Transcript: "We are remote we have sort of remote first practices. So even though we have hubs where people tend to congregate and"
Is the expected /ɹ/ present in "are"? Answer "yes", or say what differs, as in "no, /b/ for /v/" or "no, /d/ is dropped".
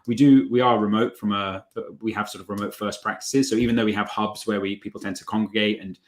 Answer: no, /w/ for /ɹ/